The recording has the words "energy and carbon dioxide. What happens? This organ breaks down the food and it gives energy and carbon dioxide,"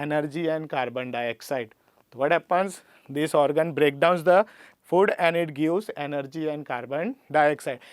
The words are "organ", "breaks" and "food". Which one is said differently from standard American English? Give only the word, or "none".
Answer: breaks